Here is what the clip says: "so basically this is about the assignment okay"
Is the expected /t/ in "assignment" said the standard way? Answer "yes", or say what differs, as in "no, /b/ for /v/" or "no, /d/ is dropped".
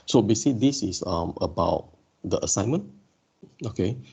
no, /t/ is dropped